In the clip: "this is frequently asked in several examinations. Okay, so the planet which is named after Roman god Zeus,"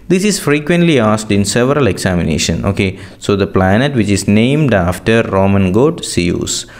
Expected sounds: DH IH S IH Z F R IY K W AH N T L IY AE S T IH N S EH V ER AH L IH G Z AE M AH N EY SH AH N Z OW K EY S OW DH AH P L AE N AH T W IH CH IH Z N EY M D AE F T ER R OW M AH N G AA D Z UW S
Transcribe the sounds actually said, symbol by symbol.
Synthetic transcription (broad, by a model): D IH S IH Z F R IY K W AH N T L IY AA S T IH N S EH V ER AH L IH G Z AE M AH N EY SH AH N OW K EY S OW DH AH P L AE N AH T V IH CH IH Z N EY M D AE F T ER R OW M AH N G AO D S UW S